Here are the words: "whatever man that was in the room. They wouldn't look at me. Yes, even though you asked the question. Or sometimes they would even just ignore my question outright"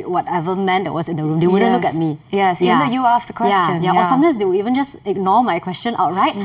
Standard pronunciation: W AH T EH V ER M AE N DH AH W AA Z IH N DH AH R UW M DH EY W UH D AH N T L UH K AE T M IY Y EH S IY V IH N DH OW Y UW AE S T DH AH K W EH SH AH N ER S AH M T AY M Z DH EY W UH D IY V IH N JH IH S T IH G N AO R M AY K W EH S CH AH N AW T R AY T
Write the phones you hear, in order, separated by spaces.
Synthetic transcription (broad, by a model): W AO T EH V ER M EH N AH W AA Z IH N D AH R UW M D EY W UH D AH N L UH K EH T M IY Y EH S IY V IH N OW Y UW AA S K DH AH K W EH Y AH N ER S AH M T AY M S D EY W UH IY V IH N JH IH S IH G N AO M AY K W EH S CH AH N AW T R AY T